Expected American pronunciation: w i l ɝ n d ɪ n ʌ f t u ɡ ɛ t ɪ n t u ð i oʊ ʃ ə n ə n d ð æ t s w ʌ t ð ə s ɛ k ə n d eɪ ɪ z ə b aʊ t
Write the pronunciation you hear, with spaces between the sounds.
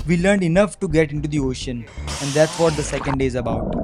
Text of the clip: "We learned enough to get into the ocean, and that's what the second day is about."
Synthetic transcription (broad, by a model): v i l ɝ n d ɪ n ʌ f t u ɡ ɛ t ɪ n t u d i oʊ ʃ ə n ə n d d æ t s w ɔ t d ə s ɛ k ə n d eɪ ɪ z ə b aʊ t